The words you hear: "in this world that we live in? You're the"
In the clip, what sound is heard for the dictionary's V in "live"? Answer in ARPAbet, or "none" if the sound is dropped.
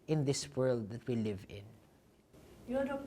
V